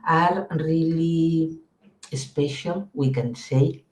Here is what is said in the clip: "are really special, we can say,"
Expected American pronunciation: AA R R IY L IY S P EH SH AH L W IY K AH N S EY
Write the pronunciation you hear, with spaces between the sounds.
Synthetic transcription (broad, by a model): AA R R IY L IY S P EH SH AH N W IY K AH N S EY